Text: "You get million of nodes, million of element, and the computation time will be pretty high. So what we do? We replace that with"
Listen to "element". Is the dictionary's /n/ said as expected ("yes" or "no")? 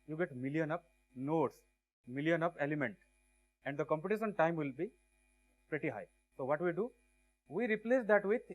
yes